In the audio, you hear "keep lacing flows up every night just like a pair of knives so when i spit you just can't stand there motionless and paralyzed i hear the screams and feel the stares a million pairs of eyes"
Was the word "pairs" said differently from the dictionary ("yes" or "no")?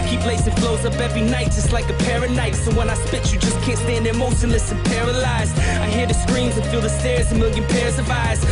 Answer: no